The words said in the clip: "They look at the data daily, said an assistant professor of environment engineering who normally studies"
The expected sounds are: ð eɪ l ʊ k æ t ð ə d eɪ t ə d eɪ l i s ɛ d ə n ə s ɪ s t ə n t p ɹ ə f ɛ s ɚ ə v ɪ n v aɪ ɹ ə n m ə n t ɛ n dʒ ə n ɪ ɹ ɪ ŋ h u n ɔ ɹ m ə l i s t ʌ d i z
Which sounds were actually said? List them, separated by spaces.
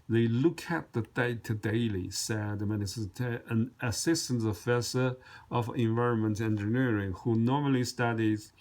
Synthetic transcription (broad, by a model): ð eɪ l ʊ k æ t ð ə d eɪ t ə d eɪ l i s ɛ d ə n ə s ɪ s t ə n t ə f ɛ s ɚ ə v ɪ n v aɪ ɹ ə n m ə n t ɛ n dʒ ə n ɪ ɹ ɪ ŋ h u n ɔ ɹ m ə l i s t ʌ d i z